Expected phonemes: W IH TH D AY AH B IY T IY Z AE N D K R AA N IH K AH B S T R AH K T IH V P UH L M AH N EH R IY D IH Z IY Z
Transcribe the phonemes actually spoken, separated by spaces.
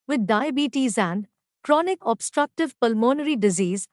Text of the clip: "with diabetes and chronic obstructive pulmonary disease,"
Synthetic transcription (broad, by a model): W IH D AY AH B IY T IY Z AE N D K R AA N IH K AH B S T R AH K T IH V P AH L M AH N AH R IY D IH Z IY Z